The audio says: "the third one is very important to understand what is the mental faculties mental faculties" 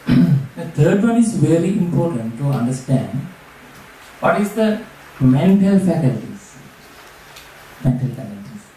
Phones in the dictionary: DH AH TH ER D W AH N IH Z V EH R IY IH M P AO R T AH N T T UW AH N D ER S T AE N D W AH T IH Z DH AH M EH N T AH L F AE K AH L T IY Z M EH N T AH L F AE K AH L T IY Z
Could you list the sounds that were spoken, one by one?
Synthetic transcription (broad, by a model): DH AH T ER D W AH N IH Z V EH R IY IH M P AO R T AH N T T UW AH N D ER S T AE N D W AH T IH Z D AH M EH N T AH L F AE K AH L T IY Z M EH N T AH L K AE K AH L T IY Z